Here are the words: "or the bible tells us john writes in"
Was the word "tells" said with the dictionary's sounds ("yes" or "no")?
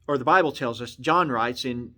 yes